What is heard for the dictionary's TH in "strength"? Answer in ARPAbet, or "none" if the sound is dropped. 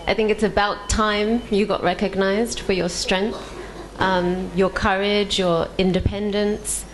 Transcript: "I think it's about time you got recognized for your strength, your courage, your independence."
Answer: TH